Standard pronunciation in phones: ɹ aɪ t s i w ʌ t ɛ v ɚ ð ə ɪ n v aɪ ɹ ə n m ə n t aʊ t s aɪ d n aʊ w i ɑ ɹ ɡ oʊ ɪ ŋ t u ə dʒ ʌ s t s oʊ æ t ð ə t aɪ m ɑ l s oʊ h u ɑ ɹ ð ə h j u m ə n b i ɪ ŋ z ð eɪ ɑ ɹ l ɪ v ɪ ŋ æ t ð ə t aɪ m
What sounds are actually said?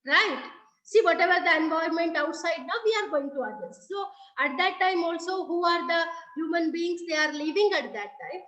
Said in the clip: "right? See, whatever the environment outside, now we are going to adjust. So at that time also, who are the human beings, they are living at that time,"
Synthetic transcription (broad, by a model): ɹ aɪ t s i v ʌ t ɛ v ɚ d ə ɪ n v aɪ ə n m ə n t aʊ t s aɪ d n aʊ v i ɑ ɹ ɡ oʊ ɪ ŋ t u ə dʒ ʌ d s s oʊ æ t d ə t aɪ m ɑ l s oʊ h u ɑ ɹ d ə h j u m ə n b i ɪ ŋ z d eɪ ɑ ɹ l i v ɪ ŋ æ t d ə t aɪ m